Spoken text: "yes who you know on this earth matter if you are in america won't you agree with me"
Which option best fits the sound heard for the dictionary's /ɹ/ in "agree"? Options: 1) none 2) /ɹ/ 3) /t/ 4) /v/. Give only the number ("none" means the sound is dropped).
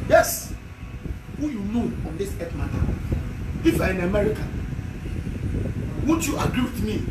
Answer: 2